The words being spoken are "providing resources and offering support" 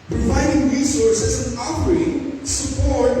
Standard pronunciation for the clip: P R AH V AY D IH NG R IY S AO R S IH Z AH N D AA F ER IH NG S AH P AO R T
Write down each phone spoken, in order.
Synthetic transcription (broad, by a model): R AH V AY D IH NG R IY S AO R S IH Z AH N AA P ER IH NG S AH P AO R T